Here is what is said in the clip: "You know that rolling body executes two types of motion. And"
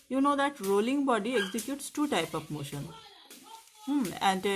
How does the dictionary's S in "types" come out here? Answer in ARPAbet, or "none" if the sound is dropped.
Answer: none